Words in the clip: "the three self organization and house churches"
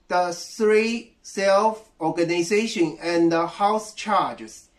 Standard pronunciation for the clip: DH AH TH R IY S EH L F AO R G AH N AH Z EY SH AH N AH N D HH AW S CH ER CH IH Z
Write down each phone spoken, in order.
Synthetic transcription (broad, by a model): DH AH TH R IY S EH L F AO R G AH N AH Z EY SH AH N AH N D HH AW S CH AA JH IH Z